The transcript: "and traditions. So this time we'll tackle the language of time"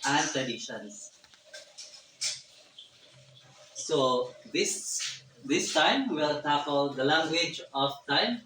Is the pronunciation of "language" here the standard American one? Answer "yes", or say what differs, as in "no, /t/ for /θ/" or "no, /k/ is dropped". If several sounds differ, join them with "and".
yes